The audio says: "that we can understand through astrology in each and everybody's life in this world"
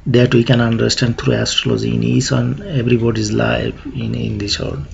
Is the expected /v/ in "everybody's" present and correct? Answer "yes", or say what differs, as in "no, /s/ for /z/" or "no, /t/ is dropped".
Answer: no, /b/ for /v/